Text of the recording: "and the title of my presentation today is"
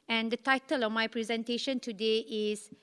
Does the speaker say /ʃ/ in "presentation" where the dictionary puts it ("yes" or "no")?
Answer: yes